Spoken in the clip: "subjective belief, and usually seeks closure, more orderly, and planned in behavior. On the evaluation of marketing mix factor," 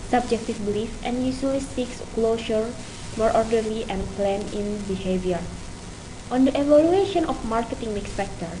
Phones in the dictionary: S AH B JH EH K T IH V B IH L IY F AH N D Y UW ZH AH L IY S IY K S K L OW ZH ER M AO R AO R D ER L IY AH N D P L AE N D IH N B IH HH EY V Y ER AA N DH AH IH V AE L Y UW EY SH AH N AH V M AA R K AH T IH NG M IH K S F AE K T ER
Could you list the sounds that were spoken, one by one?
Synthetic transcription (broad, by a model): S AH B JH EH K T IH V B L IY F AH N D Y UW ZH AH L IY S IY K S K L OW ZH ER M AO R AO R D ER L IY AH N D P L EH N IH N B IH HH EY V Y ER AA N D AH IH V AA L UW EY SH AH N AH F M AA R K AH T IH NG M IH K S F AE K T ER